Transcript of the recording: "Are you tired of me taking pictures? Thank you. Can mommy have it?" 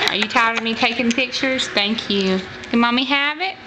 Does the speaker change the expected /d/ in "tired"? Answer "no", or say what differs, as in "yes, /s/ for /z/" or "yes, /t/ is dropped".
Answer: yes, /d/ is dropped